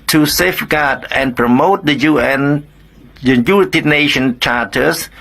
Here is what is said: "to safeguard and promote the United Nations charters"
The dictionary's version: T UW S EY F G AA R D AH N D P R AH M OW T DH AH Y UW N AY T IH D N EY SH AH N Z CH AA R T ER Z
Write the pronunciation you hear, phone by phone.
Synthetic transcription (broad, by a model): T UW S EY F G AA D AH N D P R AH M OW T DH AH Y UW N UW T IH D N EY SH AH N CH AA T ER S